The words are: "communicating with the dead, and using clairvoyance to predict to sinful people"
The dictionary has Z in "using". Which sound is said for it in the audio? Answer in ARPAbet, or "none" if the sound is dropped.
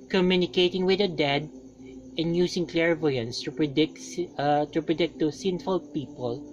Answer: S